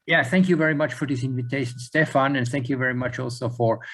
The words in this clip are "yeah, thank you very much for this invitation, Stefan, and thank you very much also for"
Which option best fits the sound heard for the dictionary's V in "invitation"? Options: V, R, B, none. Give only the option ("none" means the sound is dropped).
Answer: V